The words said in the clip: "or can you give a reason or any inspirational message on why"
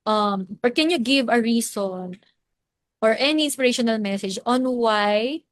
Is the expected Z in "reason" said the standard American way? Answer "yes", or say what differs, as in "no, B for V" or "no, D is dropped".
no, S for Z